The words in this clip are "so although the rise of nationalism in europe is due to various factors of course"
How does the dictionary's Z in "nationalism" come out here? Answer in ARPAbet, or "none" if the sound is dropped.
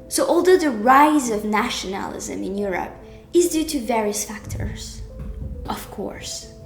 Z